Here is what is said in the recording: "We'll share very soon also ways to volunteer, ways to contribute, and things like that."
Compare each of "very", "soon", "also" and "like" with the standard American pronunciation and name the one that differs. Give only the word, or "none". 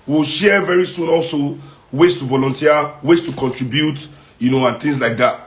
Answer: none